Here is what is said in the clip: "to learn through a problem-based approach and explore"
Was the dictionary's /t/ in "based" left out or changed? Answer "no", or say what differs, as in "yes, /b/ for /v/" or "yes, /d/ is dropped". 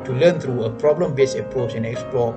yes, /t/ is dropped